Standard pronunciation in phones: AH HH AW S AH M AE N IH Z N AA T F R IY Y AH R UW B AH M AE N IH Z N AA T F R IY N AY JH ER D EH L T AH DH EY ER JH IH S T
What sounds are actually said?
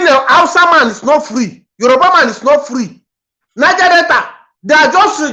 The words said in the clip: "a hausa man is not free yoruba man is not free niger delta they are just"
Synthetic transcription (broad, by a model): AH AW S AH M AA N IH S N AA T F R IY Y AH R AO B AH M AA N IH S N AA T F R IY N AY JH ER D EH T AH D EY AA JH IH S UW